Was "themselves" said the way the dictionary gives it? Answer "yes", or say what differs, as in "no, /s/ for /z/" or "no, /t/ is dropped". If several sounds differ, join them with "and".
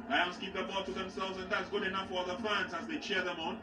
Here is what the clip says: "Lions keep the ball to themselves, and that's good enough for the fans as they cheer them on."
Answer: yes